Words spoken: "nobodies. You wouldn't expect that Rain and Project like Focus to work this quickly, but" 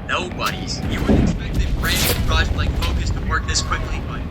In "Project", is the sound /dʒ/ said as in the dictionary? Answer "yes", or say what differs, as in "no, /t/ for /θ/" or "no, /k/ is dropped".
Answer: no, /dʒ/ is dropped